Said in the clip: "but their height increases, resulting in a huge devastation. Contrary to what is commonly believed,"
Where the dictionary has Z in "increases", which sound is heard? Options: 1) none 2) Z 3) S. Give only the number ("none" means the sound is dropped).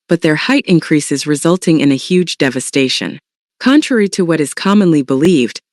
2